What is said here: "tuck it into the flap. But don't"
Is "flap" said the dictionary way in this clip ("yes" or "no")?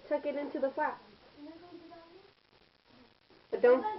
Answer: no